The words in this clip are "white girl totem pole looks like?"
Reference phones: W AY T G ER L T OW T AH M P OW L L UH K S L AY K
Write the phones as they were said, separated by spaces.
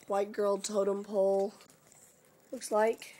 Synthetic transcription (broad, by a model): W AY T G ER L T OW T AH M P OW L L UH K S L AY K